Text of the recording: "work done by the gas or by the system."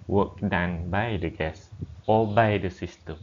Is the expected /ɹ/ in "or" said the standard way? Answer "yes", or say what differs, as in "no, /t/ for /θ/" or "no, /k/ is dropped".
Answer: no, /l/ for /ɹ/